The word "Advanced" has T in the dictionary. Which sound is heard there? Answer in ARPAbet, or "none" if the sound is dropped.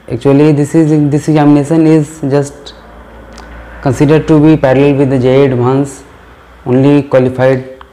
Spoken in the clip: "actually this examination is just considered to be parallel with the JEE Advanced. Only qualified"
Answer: none